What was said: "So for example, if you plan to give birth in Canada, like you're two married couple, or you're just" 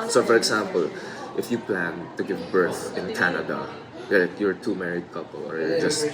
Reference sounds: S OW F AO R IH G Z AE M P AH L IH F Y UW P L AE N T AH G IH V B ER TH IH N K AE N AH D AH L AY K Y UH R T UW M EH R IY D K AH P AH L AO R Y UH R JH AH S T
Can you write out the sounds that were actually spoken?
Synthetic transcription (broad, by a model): S OW F AO R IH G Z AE M P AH L IH F Y UW P L AE N T AH G IH V B ER TH IH N K AE N AH D AH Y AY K Y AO R T UW M EH R IY D K AH P AH L AO R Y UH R JH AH S T